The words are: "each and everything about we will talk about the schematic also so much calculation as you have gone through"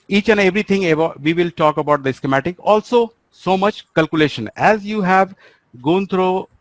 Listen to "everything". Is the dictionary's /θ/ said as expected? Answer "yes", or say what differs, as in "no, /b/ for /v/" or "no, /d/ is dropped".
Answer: no, /t/ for /θ/